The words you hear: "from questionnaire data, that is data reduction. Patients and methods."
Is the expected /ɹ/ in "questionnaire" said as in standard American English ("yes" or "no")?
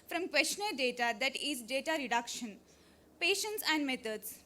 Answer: no